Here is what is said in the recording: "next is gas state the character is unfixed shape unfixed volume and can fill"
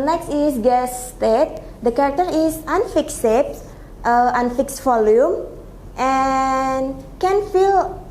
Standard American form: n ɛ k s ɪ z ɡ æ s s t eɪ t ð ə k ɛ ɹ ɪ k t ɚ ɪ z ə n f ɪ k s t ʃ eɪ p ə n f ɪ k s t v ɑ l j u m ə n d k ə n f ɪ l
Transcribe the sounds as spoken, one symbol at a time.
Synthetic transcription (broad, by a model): n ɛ k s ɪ s ɡ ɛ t s t eɪ t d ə k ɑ ɹ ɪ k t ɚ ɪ s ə n f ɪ k s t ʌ ə n f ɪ k s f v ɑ l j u m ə n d k ə n f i l